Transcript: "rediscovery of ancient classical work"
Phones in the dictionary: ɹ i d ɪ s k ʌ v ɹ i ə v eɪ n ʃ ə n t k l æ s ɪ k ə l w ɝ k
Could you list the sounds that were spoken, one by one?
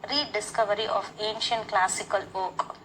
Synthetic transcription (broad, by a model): ɹ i d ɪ s k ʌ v ɹ i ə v eɪ n ʃ ə n t k l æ s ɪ k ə l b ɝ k